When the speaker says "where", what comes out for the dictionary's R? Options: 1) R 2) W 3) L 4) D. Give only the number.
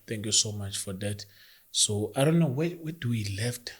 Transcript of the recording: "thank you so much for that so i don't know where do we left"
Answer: 2